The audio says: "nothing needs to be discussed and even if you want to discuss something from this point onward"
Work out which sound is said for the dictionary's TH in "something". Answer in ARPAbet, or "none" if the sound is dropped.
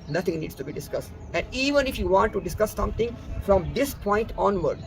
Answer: T